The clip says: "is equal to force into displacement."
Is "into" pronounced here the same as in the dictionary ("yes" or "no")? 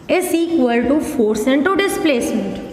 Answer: yes